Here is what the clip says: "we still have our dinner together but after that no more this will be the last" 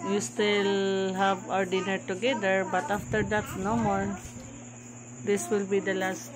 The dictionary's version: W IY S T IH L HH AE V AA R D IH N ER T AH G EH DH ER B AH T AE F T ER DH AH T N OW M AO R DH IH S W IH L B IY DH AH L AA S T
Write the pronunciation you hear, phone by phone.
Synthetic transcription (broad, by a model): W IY S T IH L HH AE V AA R D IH N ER T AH G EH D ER B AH T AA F T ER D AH T N OW M AO R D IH S W IH L B IY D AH L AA S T